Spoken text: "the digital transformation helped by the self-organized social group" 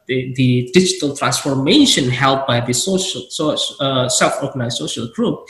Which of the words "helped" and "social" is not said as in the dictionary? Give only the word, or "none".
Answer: helped